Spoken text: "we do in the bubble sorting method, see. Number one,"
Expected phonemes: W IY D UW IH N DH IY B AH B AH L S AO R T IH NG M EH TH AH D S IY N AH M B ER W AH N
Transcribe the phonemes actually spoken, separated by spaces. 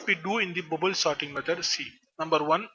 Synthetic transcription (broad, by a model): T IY D UW IH N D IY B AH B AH L S AO R T IH NG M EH T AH D S IY N AH M B ER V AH N